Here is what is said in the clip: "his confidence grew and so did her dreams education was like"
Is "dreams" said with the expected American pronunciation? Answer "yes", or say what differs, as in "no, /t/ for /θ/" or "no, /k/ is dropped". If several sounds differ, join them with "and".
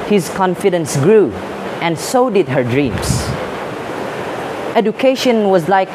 no, /s/ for /z/